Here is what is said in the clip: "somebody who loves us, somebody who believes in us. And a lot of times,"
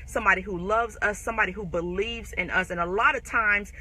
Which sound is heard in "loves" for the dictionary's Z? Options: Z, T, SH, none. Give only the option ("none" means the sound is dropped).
Z